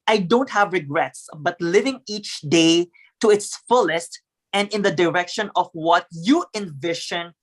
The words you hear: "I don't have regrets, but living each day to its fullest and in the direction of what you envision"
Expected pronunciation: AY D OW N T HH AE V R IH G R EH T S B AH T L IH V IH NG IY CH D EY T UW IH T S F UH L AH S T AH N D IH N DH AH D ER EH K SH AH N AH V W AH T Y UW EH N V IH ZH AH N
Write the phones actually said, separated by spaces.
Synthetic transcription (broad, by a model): AY D OW N T HH AE V R IH G R EH T S B AH T L IH V IH NG IY CH D EY T UW IH T S F UH L AH S T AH N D IH N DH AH D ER EH K SH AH N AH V W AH T Y UW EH N V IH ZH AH N